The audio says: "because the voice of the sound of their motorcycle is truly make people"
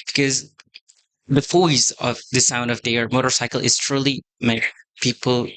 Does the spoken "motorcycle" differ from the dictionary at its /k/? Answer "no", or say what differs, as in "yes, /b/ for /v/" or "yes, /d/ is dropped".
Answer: no